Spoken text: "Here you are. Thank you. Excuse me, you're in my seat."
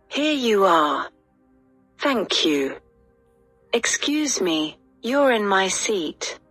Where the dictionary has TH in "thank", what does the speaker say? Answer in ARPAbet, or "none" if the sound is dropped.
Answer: TH